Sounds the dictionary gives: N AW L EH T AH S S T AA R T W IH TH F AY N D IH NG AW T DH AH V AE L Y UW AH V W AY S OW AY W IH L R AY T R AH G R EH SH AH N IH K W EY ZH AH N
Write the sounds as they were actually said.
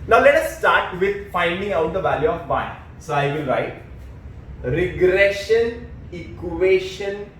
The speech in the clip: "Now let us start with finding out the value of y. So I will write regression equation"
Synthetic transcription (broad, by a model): N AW L EH T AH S S T AA R T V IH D F AY N D IH NG AW T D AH V AE L Y UW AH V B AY S OW AY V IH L R AY T R AH G R EH SH AH N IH K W EY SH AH N